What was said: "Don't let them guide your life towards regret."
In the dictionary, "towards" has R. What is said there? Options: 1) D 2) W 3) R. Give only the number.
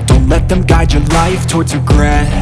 3